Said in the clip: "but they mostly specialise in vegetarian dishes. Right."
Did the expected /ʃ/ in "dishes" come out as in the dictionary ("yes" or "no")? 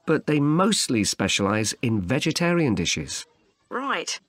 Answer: yes